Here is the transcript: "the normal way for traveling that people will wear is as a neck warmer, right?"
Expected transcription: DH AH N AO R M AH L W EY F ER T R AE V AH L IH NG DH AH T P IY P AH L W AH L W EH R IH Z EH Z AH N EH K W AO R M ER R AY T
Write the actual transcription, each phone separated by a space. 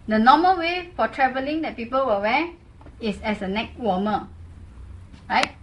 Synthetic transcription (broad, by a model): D AH N AO M AH L W EY F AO T R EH V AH L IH NG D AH T P IY P AH L W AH W EH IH S EH S AH N EH K W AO M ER R AY T